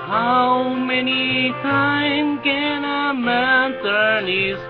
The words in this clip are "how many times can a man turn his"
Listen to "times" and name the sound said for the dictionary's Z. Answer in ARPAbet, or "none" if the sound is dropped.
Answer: none